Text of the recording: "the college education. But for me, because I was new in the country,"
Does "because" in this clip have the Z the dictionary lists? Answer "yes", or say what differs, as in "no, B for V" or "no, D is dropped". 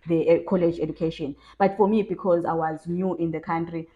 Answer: yes